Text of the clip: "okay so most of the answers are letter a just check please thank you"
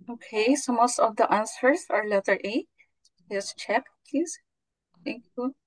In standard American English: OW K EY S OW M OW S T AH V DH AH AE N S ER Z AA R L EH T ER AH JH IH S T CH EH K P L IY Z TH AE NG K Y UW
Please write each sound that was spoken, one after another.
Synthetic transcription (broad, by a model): OW K EY S OW M OW S T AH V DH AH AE N S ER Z AA R L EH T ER AH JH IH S CH EH K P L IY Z T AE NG K Y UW